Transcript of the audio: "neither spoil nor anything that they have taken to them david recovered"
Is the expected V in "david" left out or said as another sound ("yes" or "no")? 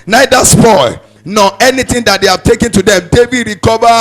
yes